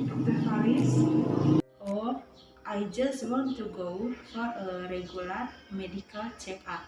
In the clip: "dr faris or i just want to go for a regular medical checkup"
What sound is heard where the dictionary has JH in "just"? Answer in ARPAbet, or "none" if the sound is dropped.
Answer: JH